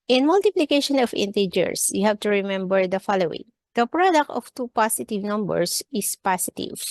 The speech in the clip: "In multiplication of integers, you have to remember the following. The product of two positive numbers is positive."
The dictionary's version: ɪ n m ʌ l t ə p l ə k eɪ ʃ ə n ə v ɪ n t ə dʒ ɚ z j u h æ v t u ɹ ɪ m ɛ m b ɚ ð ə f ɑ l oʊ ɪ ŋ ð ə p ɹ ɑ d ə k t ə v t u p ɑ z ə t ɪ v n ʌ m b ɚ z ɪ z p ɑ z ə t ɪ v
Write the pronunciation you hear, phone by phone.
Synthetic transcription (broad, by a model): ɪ n m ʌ l t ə p l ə k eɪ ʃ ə n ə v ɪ n t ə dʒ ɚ s j u h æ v t u ɹ ɪ m ɛ m b ɚ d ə f ɑ l oʊ ɪ ŋ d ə p ɹ ɑ d ə k t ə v t u p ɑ s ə t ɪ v n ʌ m b ɚ s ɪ s p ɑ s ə t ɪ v